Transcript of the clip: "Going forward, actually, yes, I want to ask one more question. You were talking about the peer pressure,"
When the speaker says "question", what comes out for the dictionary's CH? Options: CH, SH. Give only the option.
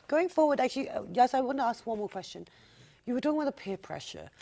CH